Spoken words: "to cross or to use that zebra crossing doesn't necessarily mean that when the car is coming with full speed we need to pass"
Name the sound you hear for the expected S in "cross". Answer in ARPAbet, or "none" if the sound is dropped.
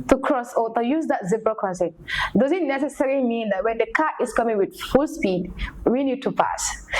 S